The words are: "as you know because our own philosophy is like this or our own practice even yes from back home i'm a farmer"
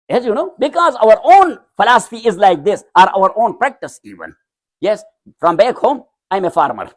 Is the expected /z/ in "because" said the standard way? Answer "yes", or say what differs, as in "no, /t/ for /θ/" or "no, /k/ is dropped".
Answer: yes